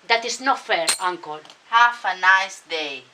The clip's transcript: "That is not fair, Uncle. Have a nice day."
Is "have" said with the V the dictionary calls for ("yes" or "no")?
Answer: no